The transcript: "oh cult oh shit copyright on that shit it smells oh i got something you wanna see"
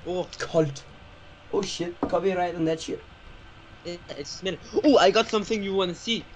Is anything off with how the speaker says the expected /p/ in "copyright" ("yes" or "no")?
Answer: yes